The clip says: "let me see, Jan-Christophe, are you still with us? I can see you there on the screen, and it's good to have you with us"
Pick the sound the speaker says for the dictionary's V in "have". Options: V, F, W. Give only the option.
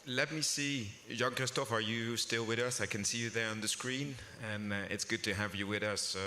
V